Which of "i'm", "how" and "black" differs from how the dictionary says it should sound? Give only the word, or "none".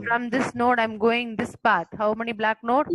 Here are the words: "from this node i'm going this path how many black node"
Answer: none